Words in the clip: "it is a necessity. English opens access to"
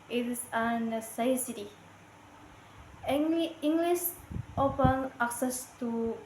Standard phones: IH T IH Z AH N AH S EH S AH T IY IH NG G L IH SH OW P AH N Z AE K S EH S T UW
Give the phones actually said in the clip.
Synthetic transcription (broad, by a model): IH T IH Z AH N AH S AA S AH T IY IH NG G L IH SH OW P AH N AE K S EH S T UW